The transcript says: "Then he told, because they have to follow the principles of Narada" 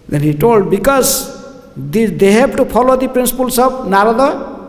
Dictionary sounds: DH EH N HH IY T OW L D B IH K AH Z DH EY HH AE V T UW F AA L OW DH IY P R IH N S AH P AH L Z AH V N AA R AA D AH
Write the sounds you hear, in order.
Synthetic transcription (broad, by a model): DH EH N HH IY T OW L D B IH K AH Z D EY HH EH B T UW P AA L OW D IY P R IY N S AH P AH L S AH B N AA R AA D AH